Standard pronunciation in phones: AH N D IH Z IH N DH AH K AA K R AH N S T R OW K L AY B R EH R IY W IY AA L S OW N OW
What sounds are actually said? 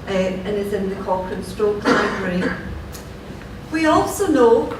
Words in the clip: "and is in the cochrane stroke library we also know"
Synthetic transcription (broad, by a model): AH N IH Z IH N DH AH K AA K AH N S T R OW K L AY B R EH R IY W IY AA L S OW N OW